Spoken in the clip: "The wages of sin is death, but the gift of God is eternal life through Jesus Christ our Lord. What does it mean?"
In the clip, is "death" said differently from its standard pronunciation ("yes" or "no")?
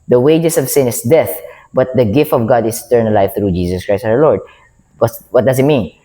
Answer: no